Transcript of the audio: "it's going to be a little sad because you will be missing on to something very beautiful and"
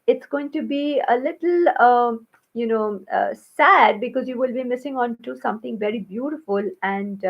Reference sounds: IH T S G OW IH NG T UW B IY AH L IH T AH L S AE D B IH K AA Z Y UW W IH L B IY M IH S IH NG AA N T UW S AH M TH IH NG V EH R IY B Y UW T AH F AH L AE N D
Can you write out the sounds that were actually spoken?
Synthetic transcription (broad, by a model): IH T S G OW IH NG T UW B IY AH L IH T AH N S AE D B IH K AA Z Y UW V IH L B IY M IH S IH NG AA N T UW S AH M T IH NG V EH R IY B Y UW T AH F AH L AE N D